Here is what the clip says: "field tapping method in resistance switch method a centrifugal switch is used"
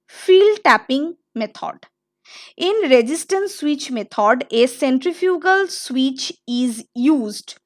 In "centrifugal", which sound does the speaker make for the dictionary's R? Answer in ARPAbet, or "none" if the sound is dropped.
R